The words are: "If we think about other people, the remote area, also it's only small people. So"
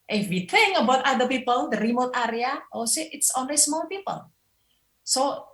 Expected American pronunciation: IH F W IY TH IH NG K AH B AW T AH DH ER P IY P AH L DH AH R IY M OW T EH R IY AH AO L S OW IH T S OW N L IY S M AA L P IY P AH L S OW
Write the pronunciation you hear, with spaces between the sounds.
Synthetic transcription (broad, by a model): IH F W IY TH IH NG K AH B AW T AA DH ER P IY P AH L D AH R IY M OW T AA R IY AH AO S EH IH T S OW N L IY S M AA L P IY P AH L S OW